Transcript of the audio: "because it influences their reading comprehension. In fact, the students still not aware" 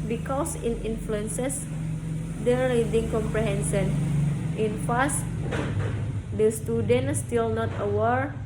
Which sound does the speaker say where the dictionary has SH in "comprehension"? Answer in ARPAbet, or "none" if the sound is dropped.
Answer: S